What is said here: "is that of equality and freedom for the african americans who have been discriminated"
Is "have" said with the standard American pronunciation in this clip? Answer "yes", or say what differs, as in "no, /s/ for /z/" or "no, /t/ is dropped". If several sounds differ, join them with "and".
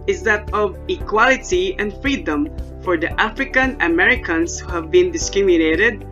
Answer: yes